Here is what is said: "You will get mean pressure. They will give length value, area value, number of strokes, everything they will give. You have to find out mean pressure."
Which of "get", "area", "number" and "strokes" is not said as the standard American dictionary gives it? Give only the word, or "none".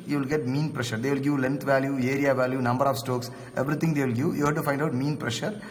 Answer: strokes